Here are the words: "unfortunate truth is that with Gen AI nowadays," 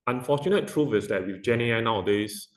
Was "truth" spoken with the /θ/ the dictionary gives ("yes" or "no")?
no